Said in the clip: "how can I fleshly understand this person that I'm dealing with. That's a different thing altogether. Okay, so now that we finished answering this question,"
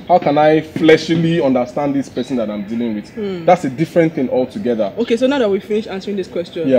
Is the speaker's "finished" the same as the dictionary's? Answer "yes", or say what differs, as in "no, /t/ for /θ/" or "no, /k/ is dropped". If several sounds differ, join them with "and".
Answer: no, /t/ is dropped